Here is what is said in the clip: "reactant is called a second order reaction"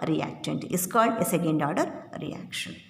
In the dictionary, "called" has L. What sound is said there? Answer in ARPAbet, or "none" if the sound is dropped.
L